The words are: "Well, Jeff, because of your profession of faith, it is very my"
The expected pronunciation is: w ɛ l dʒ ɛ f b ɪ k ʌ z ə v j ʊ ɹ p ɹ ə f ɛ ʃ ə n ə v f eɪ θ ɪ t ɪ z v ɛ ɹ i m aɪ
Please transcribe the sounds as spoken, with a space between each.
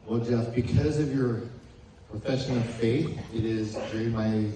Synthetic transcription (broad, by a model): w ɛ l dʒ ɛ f b ɪ k ʌ z ə v j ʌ ɹ p ɹ ə f ɛ ʃ ə n ə v f eɪ θ ɪ t ɪ z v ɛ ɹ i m aɪ